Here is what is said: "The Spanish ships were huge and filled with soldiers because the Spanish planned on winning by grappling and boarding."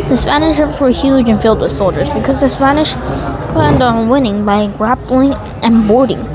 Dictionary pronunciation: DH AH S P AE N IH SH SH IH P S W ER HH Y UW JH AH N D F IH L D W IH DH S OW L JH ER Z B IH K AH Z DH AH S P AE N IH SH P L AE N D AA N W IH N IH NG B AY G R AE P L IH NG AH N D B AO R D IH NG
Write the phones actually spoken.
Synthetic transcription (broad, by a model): DH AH S P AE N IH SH SH IH P S W ER HH Y UW JH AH N F IH L D W IH DH S OW L JH ER Z B IH K AH Z DH AH S P AE N IH SH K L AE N D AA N W IH N IH NG B AY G R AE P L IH NG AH N B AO R D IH NG